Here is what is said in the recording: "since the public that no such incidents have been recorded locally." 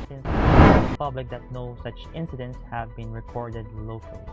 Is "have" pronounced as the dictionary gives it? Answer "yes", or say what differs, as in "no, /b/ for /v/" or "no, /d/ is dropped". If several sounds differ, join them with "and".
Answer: yes